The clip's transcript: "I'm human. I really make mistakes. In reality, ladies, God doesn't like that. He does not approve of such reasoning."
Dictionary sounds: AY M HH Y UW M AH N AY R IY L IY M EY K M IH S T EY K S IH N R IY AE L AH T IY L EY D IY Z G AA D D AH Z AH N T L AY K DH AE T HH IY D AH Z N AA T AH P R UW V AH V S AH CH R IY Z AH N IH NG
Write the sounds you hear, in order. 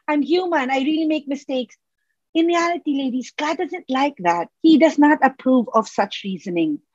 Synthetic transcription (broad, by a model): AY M HH Y UW M AH N AY R IY L IY M EY K M IH S T EY K S IH N R IY AE L AH T IY L EY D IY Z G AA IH D AH Z AH N T L AY K DH AE T HH IY D AH Z N AA T AH P R UW V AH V S AH CH R IY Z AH N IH NG